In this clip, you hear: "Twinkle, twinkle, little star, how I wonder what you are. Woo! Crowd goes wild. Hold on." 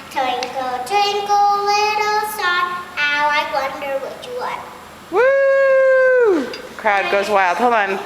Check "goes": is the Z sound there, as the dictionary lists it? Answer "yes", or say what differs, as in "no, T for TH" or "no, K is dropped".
yes